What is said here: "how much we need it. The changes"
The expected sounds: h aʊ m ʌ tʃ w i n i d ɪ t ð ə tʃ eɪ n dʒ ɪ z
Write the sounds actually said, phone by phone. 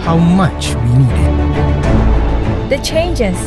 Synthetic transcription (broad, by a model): h aʊ m ʌ tʃ w i n i d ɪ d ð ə tʃ eɪ n dʒ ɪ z